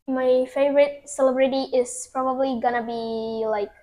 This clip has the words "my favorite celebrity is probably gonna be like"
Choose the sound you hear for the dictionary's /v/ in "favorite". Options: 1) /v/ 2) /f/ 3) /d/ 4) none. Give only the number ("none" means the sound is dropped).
1